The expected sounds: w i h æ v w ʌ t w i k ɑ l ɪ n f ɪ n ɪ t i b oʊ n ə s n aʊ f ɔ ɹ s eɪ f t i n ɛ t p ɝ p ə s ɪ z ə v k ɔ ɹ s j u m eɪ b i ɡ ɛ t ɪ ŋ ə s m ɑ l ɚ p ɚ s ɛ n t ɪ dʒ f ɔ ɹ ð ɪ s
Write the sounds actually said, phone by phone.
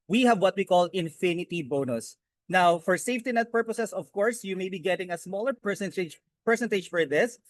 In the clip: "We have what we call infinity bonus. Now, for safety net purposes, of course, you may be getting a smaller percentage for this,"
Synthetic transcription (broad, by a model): w i h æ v w ʌ t w i k ɑ l ɪ n f ɪ n ɪ t i b oʊ n ə s n aʊ f ɔ ɹ s eɪ f t i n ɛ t p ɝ p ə s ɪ s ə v k ɔ ɹ s j u m eɪ b i ɡ ɛ t ɪ ŋ ə s m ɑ l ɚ p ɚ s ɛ n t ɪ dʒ f ɔ ɹ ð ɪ s